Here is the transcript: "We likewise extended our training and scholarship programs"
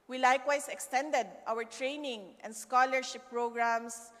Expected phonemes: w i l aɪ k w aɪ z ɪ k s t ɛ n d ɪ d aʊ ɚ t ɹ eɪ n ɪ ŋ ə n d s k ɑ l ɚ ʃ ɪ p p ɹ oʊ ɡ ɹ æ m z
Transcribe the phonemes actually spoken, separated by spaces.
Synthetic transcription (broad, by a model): w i l aɪ k w aɪ s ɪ k s t ɛ n d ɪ d aʊ ɚ t ɹ eɪ n ɪ ŋ ə n d s k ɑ l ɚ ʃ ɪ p p ɹ oʊ ɡ ɹ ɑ m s